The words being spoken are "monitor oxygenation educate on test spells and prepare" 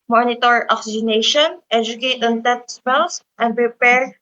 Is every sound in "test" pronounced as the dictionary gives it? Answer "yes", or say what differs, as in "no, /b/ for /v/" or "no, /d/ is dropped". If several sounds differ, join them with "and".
no, /s/ is dropped